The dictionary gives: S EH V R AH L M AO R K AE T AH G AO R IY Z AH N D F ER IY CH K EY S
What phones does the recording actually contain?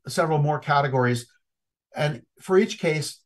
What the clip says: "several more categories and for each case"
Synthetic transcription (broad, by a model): S EH V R L M AO R K AE T AH G AO R IY Z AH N F ER IY CH K EY S